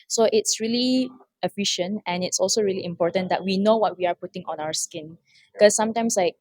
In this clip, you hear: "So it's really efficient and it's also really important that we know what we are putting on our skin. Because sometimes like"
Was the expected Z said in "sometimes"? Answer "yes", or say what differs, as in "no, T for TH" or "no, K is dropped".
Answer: no, S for Z